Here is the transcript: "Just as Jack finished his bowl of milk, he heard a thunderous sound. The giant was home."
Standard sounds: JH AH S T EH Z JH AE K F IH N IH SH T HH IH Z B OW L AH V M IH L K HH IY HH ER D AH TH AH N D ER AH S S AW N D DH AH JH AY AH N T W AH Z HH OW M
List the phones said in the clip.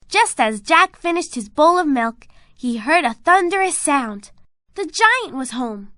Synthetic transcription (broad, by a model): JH AH S T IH Z JH AE K F IH N IH SH T HH IH Z B OW L AH V M IH L K HH IY HH ER D AH TH AH N D ER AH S S AW N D DH AH JH AY AH N T W AH Z HH OW M